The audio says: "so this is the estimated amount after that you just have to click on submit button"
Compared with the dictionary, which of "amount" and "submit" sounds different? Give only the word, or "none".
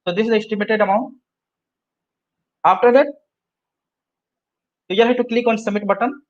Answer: submit